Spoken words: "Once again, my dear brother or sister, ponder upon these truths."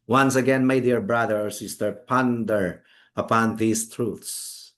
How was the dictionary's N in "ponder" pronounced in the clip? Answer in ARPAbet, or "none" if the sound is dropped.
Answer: N